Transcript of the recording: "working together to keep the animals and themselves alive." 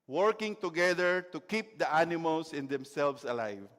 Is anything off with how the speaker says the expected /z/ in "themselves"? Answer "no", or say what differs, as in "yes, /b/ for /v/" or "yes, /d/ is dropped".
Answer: yes, /s/ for /z/